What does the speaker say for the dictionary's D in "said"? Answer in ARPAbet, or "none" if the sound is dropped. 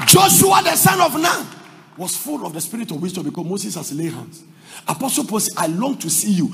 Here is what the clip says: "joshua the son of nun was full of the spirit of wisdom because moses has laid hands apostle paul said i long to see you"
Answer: none